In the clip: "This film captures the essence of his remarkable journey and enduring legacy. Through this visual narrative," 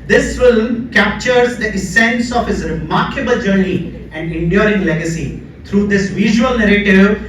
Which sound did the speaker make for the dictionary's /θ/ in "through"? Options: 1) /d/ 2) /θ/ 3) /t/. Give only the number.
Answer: 3